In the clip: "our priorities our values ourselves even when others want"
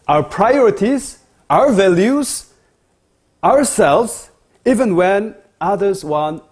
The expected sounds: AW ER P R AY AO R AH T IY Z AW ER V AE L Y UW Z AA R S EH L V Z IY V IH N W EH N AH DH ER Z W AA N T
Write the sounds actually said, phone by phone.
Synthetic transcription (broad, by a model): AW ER P R AY AO R AH T IY Z AW ER V AE L Y UW Z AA R S EH L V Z IY V IH N W EH N AH DH ER Z W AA N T